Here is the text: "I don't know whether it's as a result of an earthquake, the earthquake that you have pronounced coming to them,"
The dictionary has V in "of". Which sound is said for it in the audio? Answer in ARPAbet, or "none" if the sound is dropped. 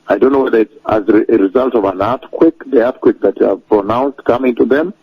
V